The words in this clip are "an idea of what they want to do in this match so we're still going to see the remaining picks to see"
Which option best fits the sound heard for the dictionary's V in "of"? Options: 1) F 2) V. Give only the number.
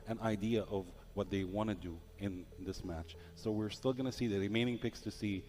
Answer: 2